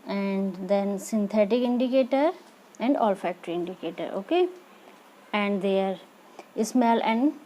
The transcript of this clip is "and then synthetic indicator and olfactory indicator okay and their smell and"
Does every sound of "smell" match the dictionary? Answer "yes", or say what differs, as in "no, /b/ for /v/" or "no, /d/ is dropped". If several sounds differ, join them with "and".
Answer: yes